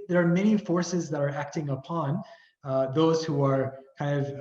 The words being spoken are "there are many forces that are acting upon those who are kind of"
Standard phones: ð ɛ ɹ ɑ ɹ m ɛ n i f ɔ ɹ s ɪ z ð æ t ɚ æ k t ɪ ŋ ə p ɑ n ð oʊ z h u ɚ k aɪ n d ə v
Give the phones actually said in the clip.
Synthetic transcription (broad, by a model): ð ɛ ɹ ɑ ɹ m ɛ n i f ɔ ɹ s ɪ z ð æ t ɚ æ k t ɪ ŋ ə p ɑ n ð oʊ z h u ɚ k aɪ n d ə v